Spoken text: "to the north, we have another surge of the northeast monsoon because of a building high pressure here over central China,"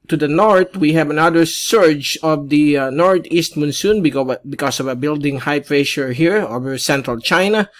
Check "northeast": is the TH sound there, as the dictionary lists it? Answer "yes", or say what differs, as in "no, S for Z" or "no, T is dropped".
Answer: no, T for TH